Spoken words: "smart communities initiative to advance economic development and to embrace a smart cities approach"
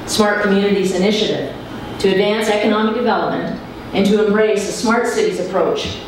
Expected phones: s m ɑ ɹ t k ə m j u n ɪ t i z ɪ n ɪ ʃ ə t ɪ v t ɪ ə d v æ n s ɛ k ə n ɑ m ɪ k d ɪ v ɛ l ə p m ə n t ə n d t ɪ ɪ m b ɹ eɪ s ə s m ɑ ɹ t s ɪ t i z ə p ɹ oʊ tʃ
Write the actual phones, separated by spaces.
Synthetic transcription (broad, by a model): s m ɑ ɹ t k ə m j u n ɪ t i z ɪ n ɪ ʃ ə t ɪ v t ɪ ə d v æ n s ɛ k ə n ɑ m ɪ k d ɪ v ɛ l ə p m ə n t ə n t ɪ ɪ m b ɹ eɪ s ə s m ɑ ɹ t s ɪ t i z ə p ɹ oʊ tʃ